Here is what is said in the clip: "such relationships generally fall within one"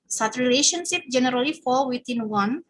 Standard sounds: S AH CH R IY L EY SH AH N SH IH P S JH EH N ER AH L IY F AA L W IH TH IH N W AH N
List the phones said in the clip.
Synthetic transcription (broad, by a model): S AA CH R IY L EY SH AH N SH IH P JH EH N ER AH L IY F AA L W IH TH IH N W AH N